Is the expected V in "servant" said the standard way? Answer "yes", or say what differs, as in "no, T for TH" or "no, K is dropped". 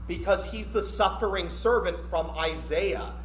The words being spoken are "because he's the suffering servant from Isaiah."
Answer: yes